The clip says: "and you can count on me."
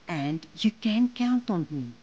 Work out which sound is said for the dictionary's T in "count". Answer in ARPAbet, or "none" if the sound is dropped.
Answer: T